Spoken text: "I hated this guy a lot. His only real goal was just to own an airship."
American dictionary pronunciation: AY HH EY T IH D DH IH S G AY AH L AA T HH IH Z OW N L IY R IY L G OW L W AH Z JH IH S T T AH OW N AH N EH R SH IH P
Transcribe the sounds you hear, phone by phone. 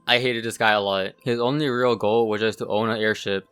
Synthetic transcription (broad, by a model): AY HH EY T IH D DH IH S G AY AH L AA T HH IH Z OW N L IY R IY L G OW L W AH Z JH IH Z T T AH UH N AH EH R SH IH P